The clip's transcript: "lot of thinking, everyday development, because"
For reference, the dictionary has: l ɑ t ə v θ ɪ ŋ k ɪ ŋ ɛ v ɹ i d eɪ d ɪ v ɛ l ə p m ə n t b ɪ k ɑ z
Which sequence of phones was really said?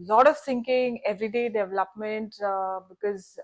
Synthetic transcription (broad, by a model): l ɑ t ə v s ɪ ŋ k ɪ ŋ ɛ v ɹ i d eɪ d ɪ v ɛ l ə p m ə n t b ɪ k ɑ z